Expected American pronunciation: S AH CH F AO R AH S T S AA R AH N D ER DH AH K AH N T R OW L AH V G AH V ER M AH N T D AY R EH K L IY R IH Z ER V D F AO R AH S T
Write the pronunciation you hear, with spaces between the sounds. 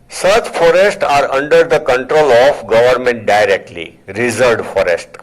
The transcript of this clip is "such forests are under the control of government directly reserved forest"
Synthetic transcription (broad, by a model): S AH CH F AO R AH S T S AA R AH N D ER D AH K AH N T R OW L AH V G AH V ER M AH N T D AY R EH K L IY R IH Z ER D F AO R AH S T